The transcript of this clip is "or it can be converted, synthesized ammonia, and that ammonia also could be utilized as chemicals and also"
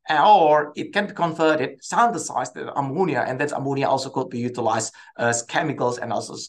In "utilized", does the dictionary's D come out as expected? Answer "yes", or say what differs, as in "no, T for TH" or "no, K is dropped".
no, D is dropped